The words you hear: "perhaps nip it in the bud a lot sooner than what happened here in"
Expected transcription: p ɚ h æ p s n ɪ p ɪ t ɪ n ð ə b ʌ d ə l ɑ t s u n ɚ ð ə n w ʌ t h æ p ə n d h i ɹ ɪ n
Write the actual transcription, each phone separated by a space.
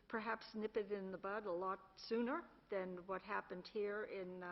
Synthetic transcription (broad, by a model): p ɚ h æ p s n ɪ p ɪ t ɪ n ð ə b ʌ d ə l ɑ t s u n ɚ ð ə n w ʌ t h æ p ə n d h i ɹ ɪ n